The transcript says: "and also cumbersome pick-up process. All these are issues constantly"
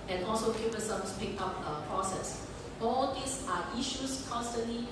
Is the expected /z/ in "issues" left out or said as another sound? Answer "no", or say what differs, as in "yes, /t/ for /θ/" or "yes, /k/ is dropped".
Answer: yes, /s/ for /z/